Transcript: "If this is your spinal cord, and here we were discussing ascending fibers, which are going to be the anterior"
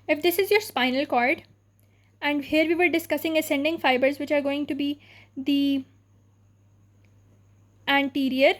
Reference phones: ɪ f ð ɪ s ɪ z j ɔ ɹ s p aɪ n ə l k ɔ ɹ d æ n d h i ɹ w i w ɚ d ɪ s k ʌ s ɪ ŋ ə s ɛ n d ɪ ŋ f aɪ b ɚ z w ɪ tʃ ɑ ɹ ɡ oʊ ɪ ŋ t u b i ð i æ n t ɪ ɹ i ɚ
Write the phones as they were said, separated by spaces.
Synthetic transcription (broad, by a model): ɪ f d ɪ s ɪ z j ɔ ɹ s p aɪ n ə l k ɔ ɹ d æ n d h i ɹ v i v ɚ d ɪ s k ʌ s ɪ ŋ ə s ɛ n d ɪ ŋ f aɪ b ɚ z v ɪ tʃ ɑ ɹ ɡ oʊ ɪ ŋ t u b i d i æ n t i ɹ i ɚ